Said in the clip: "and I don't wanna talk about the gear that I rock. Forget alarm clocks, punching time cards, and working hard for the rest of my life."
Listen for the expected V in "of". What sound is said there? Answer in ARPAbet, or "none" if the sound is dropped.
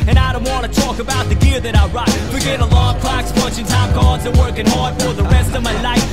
V